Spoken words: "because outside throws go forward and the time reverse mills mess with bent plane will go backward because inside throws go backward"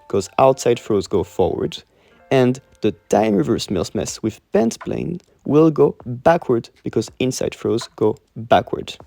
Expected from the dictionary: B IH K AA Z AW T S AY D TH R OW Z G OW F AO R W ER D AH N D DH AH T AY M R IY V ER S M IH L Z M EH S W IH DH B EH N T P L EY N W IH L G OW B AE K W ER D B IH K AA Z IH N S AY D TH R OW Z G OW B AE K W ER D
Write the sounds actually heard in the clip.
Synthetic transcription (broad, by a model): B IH K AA Z AW T S AY D F R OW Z G OW F AO R W ER D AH N DH AH T AY M R IY V ER S M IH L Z M EH S W IH DH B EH N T P L EY N W IH L G OW B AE K W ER D B IH K AA Z IH N S AY D F R OW Z G OW B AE K W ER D